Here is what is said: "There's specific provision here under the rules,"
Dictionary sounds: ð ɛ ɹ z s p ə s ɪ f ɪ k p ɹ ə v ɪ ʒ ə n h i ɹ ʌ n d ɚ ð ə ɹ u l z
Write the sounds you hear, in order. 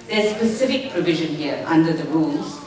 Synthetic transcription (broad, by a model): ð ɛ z s p ə s ɪ f ɪ k p ɹ ə v ɪ ʒ ə n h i ɹ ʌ n d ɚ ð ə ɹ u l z